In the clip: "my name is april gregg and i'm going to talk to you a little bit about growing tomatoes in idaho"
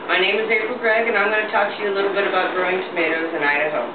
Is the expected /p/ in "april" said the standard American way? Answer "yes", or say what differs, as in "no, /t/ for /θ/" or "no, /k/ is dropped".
no, /p/ is dropped